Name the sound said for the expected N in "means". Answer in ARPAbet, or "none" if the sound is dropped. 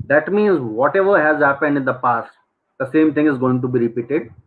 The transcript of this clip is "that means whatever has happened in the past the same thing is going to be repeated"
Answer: N